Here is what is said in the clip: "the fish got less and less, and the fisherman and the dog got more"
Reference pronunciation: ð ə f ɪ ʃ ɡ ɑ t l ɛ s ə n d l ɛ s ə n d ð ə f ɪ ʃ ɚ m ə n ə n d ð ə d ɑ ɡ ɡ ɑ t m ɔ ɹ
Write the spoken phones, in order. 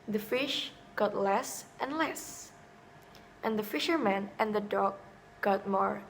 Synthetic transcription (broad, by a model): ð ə f ɪ ʃ ɡ ɑ t l ɛ s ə n l ɛ s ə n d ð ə f ɪ ʃ ɚ m ə n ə n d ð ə d ɑ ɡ ɡ ɑ t m ɔ ɹ